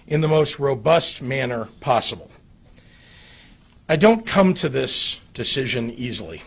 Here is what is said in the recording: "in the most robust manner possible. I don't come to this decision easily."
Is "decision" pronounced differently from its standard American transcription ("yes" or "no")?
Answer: no